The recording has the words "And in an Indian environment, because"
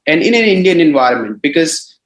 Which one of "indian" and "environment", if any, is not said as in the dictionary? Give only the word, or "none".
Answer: none